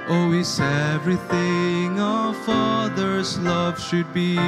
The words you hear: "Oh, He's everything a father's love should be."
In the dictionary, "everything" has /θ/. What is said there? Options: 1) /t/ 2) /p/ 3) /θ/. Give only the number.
3